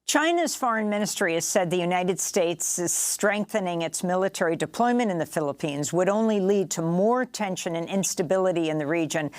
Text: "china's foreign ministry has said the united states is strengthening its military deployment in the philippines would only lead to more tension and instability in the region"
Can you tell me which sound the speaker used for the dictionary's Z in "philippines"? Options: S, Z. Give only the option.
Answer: Z